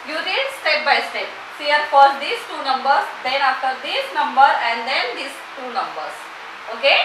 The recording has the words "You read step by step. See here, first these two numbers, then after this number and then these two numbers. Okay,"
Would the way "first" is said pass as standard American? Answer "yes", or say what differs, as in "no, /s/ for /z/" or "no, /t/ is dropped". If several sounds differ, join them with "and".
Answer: no, /s/ is dropped